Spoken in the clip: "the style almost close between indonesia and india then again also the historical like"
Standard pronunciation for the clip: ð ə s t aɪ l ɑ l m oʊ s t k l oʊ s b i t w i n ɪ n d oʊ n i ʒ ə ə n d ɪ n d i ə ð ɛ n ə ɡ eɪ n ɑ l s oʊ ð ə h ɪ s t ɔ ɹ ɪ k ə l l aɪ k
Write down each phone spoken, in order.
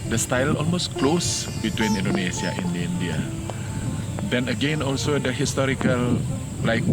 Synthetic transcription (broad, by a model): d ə s t aɪ l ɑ l m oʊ s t k l oʊ s b i t w i n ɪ n d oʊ n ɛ s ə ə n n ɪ n d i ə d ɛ n ə ɡ eɪ n ɑ l s oʊ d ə h ɪ s t ɔ ɹ ɪ k ə l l aɪ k